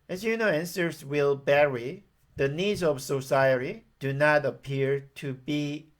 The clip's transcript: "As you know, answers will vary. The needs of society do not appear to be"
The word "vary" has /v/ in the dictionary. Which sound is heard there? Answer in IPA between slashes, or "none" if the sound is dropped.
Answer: /b/